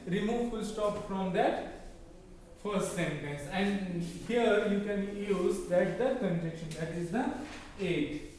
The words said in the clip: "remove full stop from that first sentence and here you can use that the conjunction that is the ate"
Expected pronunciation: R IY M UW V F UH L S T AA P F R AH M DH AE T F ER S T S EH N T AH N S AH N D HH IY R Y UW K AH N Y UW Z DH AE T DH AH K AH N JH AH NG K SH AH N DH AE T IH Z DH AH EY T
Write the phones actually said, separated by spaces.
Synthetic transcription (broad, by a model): R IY M UW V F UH L S T AA P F R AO M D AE T F ER S T S EH N T AH N S AH N D HH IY R Y UW K AH N Y UW Z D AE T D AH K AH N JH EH K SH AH N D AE T IH Z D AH EY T